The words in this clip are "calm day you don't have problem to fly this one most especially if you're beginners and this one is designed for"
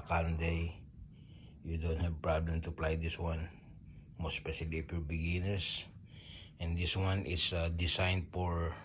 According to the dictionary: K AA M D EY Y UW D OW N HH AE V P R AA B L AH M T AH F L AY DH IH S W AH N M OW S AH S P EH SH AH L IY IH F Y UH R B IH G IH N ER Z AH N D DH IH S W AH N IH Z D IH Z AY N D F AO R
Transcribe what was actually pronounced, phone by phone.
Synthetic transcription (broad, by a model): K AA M D EY Y UW D OW N HH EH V P R AA B L AH M T AH P L AY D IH S W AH N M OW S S P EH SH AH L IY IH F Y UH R B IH G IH N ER S AH N D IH S W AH N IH S D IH S AY N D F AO R